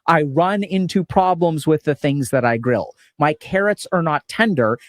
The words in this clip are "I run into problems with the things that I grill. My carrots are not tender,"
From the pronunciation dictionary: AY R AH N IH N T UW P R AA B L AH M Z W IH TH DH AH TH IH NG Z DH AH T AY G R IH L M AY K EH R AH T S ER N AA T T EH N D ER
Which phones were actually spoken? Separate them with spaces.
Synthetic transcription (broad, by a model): AY R AH N IH N T UW P R AA B L AH M Z W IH DH AH TH IH NG Z DH AH T AY G R IH L M AY K EH R AH T S ER N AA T T EH N D ER